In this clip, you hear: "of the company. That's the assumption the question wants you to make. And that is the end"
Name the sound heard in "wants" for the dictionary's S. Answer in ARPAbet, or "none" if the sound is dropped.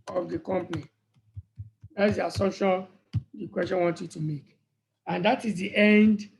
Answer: none